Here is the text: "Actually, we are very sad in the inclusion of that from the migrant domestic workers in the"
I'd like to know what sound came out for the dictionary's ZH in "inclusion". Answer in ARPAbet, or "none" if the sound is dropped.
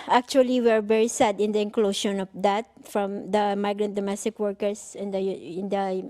SH